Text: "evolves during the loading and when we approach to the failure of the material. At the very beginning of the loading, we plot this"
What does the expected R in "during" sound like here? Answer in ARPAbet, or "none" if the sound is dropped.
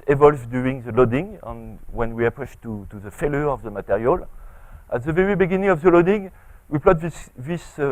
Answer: none